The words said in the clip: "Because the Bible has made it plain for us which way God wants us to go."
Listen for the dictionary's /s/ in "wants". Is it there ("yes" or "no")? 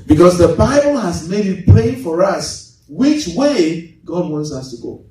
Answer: yes